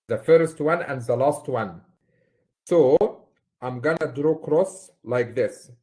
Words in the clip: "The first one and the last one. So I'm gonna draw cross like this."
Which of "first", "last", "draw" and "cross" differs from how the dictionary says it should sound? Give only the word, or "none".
none